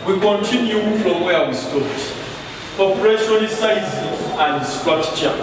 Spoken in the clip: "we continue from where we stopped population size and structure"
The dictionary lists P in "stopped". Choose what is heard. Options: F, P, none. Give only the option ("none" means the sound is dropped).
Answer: none